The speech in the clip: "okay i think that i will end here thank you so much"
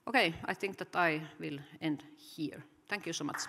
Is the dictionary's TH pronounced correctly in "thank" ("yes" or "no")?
no